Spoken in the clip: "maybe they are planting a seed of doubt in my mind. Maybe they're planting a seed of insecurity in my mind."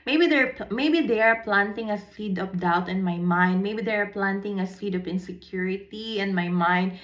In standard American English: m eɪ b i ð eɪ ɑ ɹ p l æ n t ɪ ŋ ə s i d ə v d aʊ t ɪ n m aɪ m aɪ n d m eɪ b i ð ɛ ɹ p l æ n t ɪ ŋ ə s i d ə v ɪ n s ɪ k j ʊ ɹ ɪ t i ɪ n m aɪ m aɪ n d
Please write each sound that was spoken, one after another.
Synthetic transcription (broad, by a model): m eɪ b i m eɪ ɑ ɹ p l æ n t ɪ ŋ ə s i d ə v d aʊ t ɪ n m aɪ m aɪ n d m eɪ b i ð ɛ ɹ p l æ n t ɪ ŋ ə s i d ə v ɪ n s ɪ k j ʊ ɹ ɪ t i ɪ n m aɪ m aɪ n d